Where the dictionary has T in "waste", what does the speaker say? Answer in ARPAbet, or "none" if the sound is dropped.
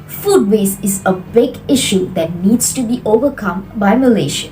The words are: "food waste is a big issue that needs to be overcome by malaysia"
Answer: none